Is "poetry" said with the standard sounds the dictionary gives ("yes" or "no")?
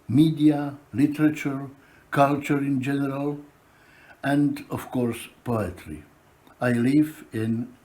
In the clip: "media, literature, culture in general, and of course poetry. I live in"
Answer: yes